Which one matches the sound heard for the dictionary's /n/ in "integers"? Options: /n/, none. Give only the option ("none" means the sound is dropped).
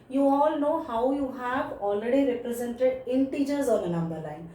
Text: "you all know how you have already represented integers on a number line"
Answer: /n/